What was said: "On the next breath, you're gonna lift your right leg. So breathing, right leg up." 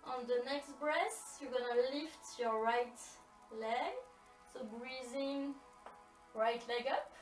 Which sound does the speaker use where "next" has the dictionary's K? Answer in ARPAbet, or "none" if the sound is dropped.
K